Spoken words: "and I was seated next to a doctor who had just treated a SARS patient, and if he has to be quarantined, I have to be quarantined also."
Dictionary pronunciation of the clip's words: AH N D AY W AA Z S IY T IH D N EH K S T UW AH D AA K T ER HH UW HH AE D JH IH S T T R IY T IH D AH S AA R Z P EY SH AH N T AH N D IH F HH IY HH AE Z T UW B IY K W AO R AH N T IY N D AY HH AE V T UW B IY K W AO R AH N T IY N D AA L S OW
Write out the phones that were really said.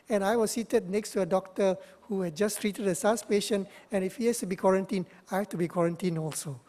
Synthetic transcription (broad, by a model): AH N AY W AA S S IY T IH D N EH K S T UW AH D AA K T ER HH UW HH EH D JH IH S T T R IY T IH D AH S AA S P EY SH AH N AH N IH F HH IY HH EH S T UW B IY K W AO R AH N T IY N AY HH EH F T UW B IY K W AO R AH N T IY N AA L S OW